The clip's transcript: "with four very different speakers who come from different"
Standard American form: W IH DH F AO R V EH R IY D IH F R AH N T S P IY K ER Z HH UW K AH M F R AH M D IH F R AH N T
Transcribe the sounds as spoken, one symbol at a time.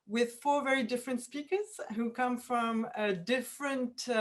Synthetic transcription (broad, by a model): W IH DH F AO R V EH R IY D IH F R AH N T S P IY K ER Z HH UW K AH M F R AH M D IH F R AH N T